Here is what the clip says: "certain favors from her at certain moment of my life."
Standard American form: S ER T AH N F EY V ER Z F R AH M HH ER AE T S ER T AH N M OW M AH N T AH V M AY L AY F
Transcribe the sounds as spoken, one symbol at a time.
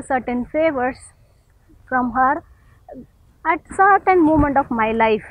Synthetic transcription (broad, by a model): S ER T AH N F EY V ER S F R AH M HH ER AE T S ER T AH N M OW M AH N T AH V M AY L AY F